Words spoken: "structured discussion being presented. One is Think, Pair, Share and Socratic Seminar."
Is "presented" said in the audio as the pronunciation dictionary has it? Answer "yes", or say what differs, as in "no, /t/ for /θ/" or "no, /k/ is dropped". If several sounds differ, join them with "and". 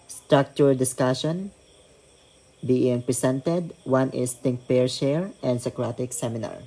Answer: no, /s/ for /z/